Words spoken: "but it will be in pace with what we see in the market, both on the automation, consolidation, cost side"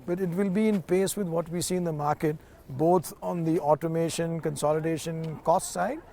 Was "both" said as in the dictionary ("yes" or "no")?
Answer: no